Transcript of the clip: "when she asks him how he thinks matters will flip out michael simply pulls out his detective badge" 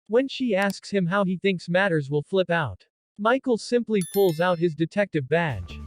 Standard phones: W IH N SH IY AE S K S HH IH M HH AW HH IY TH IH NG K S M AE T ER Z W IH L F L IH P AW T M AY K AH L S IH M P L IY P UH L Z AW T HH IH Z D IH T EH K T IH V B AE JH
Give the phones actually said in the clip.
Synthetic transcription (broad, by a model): W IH N SH IY AE S K S HH IH M HH AW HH IY TH IH NG K S M AE T ER Z W IH L F L IH P AW T M AY K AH L S IH M P L IY P UH L Z AW T HH IH Z D IH T EH K T IH V B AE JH